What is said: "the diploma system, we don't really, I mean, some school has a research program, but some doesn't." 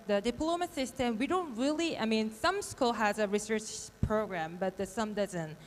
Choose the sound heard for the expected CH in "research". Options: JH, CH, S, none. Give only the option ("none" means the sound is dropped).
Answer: CH